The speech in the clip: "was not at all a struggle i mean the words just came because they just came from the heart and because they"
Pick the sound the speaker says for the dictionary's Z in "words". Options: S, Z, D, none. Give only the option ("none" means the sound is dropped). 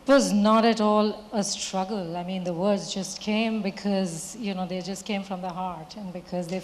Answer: Z